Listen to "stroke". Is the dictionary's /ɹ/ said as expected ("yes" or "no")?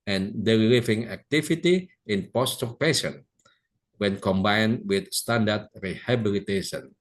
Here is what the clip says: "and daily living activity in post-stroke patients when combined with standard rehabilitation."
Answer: no